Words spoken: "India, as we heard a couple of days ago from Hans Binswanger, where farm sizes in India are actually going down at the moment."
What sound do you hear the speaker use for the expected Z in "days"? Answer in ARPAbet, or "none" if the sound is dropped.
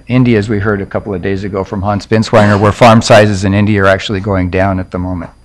Z